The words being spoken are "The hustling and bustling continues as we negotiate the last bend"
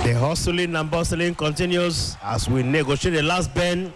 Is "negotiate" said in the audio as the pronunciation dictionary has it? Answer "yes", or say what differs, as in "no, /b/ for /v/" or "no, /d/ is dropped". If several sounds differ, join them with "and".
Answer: yes